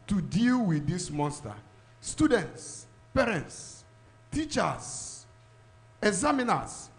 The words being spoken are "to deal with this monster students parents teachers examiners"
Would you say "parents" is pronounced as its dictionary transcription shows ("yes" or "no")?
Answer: yes